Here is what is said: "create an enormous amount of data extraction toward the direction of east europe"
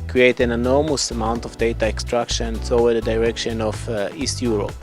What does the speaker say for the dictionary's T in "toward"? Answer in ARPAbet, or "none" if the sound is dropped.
S